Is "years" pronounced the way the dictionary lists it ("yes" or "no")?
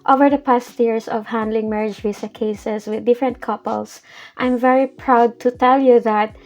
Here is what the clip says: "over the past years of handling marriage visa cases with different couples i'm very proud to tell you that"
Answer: no